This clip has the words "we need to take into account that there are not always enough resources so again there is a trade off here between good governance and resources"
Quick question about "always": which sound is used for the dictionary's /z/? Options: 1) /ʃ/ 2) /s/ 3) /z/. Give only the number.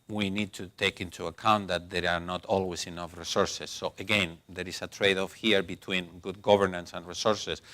2